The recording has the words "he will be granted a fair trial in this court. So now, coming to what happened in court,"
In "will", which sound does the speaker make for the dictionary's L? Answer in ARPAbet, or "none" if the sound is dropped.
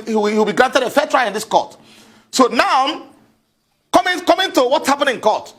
W